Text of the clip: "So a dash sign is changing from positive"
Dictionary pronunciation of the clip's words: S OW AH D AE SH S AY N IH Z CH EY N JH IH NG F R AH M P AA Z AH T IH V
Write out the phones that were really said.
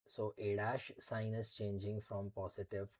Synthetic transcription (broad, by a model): S OW AH D AE SH S AY N IH Z CH EY N JH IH NG F R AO M P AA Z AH T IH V